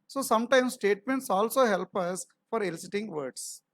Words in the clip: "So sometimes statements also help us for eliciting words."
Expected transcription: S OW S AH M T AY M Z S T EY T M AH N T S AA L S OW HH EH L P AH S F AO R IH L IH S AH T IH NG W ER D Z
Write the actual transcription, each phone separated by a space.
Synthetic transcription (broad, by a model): S OW S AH M T AY M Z S T EY T M AH N T S AA L S OW HH EH L P AH S F AO R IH L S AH T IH NG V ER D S